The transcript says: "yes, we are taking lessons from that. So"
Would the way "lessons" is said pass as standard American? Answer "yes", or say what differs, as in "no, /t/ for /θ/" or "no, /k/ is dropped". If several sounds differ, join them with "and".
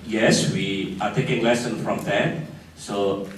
no, /z/ is dropped